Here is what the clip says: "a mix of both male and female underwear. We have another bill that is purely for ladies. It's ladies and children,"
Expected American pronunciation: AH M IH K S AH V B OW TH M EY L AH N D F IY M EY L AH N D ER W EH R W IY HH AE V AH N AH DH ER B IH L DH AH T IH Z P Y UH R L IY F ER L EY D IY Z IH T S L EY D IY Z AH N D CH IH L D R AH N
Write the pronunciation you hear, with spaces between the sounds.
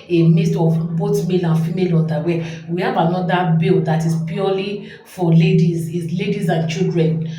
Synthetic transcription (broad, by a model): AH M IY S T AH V B OW T M EY L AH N F IY M EY L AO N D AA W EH W IY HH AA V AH N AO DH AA B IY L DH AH T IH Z P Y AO L IY F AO L EY D IY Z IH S L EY D IY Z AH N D CH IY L D R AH N